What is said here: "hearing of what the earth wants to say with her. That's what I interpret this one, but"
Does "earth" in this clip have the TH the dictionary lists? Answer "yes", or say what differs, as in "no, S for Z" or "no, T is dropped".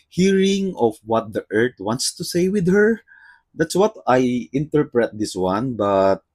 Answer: no, T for TH